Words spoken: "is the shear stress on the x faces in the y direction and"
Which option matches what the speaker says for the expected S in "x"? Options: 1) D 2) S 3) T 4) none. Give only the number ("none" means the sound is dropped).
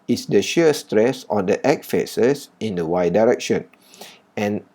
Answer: 4